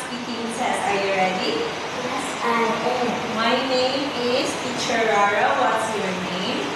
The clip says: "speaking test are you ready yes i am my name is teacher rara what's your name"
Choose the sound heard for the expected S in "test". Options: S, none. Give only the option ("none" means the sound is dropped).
none